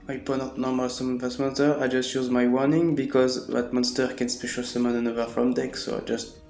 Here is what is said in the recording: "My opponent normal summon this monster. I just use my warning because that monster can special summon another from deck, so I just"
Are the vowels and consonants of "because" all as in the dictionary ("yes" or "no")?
yes